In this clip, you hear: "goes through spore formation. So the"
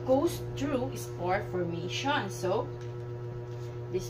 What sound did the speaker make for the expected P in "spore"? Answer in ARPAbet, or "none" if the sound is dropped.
F